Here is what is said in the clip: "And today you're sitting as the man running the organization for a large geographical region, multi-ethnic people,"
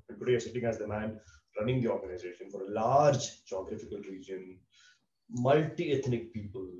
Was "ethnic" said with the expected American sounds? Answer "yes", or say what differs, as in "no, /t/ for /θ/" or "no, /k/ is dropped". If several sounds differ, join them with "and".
no, /t/ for /θ/